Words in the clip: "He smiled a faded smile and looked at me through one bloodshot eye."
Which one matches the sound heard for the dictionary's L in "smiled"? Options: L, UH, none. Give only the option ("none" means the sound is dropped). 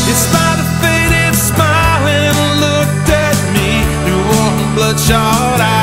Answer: none